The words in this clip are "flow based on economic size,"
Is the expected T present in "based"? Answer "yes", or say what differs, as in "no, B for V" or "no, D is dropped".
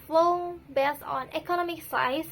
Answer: no, T is dropped